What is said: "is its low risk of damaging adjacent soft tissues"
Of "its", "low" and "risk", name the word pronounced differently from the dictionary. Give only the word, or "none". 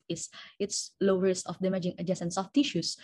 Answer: risk